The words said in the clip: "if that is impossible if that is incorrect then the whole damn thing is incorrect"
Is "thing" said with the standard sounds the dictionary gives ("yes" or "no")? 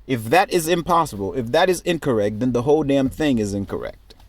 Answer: yes